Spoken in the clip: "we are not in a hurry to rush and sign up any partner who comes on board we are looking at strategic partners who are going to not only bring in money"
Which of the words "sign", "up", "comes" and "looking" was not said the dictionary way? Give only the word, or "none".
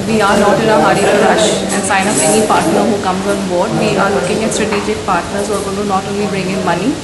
up